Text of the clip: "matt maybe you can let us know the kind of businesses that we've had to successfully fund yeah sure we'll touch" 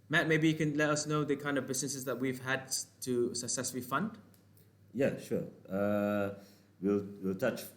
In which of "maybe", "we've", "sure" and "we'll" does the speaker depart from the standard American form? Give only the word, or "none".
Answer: sure